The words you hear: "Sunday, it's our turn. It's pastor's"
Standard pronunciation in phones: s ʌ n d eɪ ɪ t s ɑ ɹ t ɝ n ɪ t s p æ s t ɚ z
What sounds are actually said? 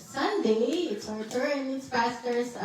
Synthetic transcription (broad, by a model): s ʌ n d eɪ ɪ t s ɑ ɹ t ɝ ɪ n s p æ s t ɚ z